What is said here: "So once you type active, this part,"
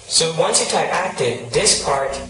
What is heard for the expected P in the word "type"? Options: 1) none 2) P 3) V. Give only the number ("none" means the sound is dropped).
1